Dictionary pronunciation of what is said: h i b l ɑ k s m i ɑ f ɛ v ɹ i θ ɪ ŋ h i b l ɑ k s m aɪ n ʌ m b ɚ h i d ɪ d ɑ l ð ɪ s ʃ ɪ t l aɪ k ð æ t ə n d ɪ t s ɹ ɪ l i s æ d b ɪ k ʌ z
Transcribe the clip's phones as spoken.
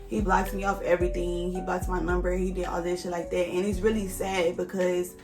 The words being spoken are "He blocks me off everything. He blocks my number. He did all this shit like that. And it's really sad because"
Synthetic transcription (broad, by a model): h i b l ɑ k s m i ɑ f ɛ v ɹ i θ ɪ ŋ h i b l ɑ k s m aɪ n ʌ m b ɚ h i d ɪ d ɑ l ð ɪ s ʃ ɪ l aɪ k ð æ t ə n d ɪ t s ɹ ɪ l i s æ d b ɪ k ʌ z